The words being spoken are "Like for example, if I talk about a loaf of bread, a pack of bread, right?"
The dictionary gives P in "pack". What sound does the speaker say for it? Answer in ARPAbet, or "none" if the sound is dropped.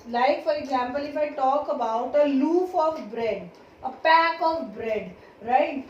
P